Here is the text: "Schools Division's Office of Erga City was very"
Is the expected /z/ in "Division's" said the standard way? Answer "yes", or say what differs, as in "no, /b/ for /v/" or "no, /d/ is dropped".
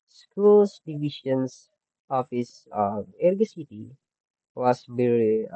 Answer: no, /s/ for /z/